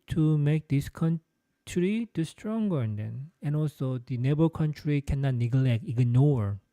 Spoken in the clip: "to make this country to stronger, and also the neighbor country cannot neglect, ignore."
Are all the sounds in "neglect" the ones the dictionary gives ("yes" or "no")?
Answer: yes